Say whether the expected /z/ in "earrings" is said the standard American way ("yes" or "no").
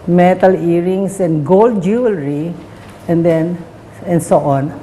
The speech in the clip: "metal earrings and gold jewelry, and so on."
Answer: no